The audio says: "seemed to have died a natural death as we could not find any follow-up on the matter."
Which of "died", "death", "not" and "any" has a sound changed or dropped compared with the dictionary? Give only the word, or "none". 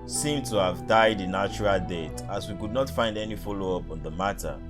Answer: death